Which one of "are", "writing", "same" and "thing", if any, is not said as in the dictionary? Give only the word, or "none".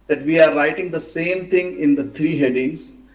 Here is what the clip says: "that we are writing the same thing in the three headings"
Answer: thing